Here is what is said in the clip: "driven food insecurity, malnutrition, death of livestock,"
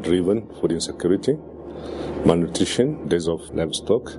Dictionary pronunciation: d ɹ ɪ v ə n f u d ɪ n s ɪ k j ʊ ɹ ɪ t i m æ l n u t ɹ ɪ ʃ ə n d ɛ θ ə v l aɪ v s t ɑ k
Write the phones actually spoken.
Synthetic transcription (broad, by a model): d ɹ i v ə n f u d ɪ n s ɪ k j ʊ ɹ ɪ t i m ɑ n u t ɹ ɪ ʃ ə n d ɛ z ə f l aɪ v s t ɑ k